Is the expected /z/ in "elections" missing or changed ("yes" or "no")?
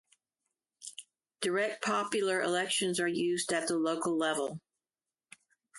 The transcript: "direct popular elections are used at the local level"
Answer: no